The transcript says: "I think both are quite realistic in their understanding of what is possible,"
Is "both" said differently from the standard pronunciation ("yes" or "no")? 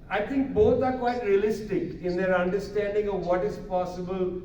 yes